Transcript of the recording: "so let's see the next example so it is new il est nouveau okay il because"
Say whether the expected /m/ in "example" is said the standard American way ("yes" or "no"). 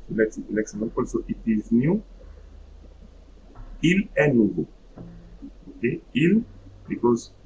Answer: no